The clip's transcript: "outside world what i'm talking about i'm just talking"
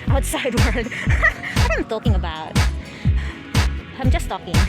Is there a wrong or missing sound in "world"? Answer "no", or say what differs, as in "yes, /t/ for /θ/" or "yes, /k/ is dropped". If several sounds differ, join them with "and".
yes, /l/ is dropped